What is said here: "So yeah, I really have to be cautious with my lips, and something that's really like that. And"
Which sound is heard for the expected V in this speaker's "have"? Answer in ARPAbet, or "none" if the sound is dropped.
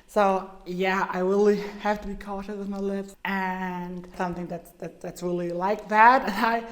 F